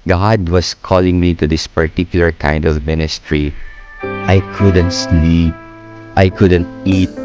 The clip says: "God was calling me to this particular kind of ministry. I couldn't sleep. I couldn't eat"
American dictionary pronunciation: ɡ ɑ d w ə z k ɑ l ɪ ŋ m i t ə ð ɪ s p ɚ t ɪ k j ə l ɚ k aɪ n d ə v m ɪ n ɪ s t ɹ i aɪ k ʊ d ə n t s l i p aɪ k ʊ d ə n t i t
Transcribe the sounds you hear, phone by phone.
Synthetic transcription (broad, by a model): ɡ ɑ d w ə s k ɑ l ɪ ŋ m i t ə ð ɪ s p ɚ t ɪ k j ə l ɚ k aɪ n d ə v m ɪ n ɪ s t ɹ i aɪ k ʊ d ə n t s n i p aɪ k ʊ d ə n t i t